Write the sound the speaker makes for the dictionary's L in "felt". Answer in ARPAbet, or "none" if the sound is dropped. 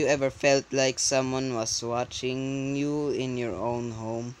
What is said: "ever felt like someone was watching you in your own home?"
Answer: L